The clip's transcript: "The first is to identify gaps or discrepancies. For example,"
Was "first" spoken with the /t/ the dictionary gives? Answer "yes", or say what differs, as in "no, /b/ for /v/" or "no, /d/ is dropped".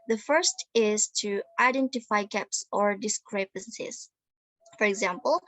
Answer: yes